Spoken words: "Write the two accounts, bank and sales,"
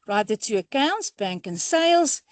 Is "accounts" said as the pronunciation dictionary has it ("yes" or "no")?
yes